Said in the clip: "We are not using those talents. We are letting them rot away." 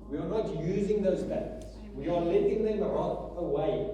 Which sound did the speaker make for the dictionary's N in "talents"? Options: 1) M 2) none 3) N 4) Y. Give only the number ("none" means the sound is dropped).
2